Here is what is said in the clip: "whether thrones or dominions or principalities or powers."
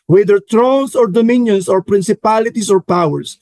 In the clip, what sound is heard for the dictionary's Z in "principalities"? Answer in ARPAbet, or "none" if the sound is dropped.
S